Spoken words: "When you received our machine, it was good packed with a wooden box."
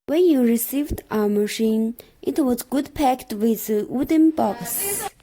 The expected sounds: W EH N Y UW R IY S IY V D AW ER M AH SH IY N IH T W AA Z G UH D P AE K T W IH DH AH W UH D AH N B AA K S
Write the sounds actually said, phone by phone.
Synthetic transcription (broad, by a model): W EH N Y UW R IY S IY V D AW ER M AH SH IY N IH T W AA Z G UH D P AE K T W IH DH AH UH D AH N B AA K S